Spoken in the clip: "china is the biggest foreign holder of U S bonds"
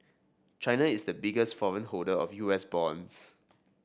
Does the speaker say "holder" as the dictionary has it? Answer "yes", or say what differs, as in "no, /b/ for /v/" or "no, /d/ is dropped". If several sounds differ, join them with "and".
no, /l/ is dropped